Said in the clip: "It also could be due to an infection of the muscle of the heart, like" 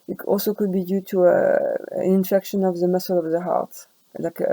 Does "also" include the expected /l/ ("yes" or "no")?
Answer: yes